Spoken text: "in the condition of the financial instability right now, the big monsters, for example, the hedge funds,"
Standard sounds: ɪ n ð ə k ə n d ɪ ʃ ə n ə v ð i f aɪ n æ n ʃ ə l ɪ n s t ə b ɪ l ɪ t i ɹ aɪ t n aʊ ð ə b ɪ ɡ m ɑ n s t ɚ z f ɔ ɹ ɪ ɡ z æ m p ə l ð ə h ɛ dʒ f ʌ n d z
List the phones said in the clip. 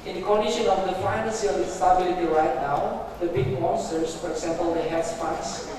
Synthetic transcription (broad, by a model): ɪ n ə k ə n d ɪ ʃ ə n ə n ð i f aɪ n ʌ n s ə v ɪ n s t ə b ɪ l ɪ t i ɹ aɪ t n aʊ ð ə b ɪ ɡ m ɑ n s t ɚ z f ɔ ɹ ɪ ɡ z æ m p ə l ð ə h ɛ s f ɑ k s